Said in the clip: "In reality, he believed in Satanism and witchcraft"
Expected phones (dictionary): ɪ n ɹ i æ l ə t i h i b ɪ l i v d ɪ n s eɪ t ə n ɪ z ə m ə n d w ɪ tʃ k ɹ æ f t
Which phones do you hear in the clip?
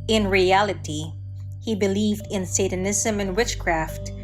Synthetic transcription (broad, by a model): ɪ n ɹ i æ l ə t i h i b ɪ l i v d ɪ n s eɪ t ə n ɪ z ə m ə n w ɪ tʃ k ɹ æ f t